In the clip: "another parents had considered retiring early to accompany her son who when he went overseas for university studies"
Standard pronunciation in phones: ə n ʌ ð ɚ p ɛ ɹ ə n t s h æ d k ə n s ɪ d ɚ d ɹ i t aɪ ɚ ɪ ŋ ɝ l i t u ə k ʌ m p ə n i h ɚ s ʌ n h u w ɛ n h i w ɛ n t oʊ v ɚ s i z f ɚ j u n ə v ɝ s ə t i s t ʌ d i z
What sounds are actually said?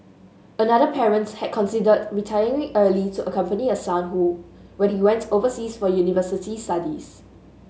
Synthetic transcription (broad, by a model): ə n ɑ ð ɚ p ɛ ɹ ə n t h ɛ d k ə n s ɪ d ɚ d ɹ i t aɪ ɚ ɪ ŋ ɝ l i t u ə k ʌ m p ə n i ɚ s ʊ n h u w ɛ n h i w ɛ n t oʊ v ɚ s i s f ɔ j u n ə v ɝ s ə t i s t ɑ d i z